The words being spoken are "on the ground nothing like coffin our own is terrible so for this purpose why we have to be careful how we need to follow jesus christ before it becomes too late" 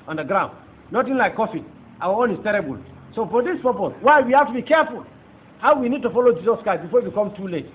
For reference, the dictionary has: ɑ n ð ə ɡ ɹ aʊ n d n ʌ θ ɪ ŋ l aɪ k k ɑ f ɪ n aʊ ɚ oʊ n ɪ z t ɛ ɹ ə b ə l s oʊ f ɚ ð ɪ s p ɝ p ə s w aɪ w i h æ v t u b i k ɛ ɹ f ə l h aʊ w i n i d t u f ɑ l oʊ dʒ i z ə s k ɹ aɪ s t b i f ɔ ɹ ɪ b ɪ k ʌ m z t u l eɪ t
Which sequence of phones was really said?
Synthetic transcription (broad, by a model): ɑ n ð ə ɡ ɹ aʊ n d n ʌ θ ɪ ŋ l aɪ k k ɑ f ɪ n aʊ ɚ oʊ n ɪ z t ɛ ɹ ə b ə l s oʊ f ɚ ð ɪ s p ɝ p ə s w aɪ w i h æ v t u b i k ɛ ɹ f ə l h aʊ w i n i d t u f ɑ l oʊ dʒ i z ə s k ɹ aɪ s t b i f ɔ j ɪ k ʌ m t u l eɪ t